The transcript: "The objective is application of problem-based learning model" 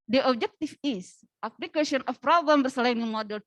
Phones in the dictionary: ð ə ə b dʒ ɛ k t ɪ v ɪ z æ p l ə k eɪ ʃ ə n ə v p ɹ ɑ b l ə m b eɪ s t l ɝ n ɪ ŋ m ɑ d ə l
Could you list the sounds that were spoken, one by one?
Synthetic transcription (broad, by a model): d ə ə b dʒ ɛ k t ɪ f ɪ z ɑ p l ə k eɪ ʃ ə n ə f p ɹ ɑ b l ə m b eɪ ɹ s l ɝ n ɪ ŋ m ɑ d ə l